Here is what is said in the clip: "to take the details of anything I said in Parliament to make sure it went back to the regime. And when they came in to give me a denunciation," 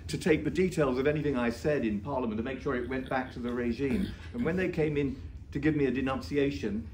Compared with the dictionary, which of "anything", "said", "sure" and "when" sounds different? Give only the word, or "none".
none